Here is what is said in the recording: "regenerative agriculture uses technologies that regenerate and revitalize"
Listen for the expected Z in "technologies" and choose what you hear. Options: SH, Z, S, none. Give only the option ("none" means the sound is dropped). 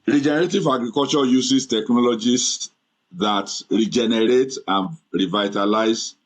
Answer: S